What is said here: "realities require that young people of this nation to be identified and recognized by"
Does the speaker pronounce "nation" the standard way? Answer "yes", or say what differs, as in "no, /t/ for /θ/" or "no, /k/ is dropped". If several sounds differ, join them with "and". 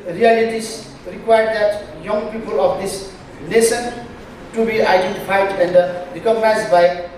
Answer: no, /s/ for /ʃ/